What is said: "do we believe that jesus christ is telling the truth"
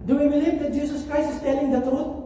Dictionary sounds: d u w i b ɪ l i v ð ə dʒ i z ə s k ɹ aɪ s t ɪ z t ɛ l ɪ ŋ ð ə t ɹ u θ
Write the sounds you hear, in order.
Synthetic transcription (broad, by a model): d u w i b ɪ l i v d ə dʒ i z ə s k ɹ aɪ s ɪ s t ɛ l ɪ ŋ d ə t ɹ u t